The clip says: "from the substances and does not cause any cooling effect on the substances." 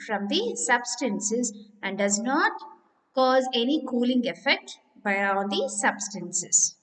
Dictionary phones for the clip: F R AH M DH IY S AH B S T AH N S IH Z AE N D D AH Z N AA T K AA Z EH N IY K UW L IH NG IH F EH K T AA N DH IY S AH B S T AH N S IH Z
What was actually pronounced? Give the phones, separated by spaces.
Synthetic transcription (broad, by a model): F R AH M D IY S AH B S T AH N S IH Z AE N D D AH Z N AA T K AA Z EH N IY K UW L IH NG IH F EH K T AA N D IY S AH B S T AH N S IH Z